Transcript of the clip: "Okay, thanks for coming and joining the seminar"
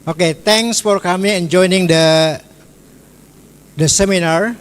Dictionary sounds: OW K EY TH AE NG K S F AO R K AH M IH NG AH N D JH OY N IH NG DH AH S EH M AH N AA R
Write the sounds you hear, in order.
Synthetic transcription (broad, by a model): OW K EY T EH NG S F AO R K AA M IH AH N JH OY N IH NG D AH S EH M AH N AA R